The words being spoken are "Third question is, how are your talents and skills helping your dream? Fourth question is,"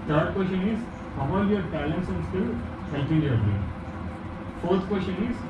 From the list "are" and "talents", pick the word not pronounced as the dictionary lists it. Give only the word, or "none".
are